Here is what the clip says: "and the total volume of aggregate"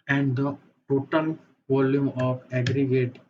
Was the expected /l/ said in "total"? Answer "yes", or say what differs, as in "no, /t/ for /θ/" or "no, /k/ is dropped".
no, /n/ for /l/